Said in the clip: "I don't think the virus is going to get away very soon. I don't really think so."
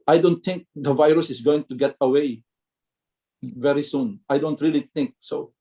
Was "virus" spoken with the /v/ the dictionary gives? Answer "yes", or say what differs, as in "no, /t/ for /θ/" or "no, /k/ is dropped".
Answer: yes